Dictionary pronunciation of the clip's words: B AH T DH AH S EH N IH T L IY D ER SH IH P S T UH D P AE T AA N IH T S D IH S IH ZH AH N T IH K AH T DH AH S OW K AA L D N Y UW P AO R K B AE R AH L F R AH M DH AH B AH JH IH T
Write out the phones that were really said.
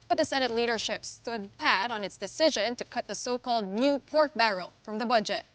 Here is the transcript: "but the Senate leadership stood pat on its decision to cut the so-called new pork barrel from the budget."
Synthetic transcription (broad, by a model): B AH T DH AH S EH N IH T L IY D ER SH IH P S T UH D P AE T N IH T S D IH S IH ZH AH N T IH K AH T DH AH S OW K AA L D N Y UW P AO R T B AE R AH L F R AH M DH AH B AH JH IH T